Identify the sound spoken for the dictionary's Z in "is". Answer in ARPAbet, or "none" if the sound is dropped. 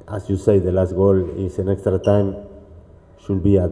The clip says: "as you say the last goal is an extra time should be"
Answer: S